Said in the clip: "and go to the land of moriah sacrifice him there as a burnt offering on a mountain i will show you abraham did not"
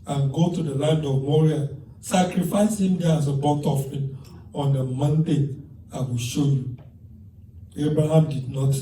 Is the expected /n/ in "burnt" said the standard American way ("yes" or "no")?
no